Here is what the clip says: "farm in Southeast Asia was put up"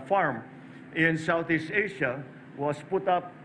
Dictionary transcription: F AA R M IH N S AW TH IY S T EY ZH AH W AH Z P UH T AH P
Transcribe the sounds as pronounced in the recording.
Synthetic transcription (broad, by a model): F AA R M IH N S AW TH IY S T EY SH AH W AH S P UH T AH P